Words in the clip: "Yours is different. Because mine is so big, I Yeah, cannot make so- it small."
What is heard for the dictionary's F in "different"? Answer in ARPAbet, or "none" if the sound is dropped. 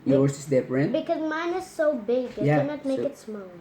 P